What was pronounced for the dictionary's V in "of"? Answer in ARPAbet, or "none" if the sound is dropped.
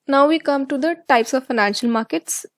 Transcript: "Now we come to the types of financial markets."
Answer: V